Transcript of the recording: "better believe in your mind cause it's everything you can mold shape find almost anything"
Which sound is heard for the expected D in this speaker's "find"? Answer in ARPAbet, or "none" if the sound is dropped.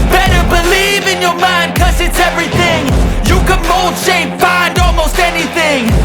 D